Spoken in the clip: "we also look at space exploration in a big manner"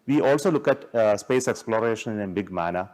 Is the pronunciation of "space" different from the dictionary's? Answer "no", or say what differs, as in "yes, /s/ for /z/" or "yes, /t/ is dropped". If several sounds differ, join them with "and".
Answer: no